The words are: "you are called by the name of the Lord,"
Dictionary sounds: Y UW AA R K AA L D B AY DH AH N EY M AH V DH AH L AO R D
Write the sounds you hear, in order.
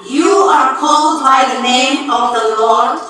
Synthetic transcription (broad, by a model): Y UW AA R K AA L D B AY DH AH N EY M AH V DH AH L AO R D